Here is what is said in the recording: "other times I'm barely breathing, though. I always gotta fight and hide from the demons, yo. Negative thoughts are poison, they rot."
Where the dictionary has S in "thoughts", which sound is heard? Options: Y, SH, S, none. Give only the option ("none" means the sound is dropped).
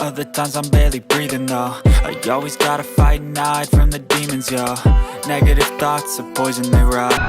S